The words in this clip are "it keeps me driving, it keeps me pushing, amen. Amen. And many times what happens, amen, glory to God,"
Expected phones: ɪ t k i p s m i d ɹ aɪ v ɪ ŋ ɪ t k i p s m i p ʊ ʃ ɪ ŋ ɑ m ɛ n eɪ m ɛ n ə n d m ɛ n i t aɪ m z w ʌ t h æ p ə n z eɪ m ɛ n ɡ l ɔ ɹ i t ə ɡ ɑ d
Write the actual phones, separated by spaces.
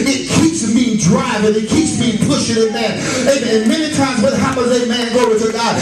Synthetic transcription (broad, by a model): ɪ t k i p s m i d ɹ aɪ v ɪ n ɪ t k i p s m i p ʊ ʃ ɪ ŋ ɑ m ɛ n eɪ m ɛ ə m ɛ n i t aɪ m z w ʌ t h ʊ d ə z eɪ m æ n ɡ ɔ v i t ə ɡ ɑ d